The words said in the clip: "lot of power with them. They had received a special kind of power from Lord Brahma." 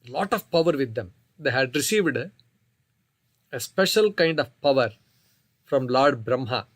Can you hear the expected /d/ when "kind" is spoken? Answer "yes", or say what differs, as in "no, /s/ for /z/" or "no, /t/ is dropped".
yes